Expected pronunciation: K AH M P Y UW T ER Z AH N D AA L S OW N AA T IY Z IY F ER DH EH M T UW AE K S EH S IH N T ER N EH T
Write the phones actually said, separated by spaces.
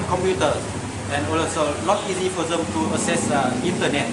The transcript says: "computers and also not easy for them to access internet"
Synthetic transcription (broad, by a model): K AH M P Y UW T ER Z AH N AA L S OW N AA T IY Z IY F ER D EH M T UW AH S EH S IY N T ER N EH T